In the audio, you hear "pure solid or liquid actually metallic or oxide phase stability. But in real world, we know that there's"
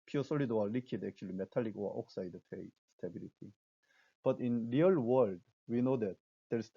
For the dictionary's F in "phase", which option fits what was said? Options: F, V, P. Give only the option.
P